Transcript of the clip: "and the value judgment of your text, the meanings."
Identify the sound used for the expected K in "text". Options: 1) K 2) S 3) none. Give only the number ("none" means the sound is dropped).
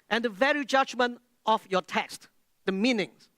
1